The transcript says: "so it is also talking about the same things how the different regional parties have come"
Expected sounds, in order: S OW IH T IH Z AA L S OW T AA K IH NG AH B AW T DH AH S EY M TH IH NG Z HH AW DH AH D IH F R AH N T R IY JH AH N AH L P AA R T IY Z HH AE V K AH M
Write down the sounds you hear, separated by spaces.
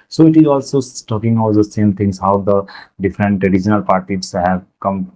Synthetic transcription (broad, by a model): S OW IH T IH Z AA L S OW T AA K IH NG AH UH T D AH S EY M T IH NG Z HH AW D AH D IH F R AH N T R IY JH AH N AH L P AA R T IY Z HH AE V K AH M